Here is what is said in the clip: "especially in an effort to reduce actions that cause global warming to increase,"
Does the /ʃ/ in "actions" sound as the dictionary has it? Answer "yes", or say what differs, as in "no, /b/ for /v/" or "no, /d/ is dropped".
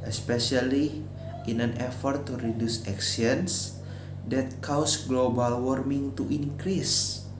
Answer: no, /s/ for /ʃ/